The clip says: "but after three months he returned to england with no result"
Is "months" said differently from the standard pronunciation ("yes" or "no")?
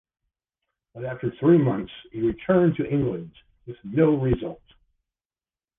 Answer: no